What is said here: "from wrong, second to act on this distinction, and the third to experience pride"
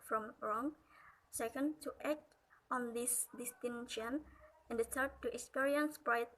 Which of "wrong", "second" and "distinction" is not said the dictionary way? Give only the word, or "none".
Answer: distinction